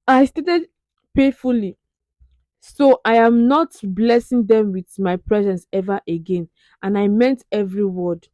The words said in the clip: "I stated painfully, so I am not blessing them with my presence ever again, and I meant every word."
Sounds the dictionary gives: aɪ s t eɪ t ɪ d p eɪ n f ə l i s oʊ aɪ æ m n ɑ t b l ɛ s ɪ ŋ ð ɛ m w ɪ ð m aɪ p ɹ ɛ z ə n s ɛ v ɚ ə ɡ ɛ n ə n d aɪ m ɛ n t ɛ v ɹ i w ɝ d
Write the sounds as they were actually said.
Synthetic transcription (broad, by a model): aɪ s t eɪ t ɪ d p eɪ f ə l i s oʊ aɪ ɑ m n ɑ t b l ɛ s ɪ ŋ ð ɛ m w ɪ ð m aɪ p ɹ ɛ z ə n s ɛ v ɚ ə ɡ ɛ n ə n aɪ m ɛ n t ɛ v ɹ i w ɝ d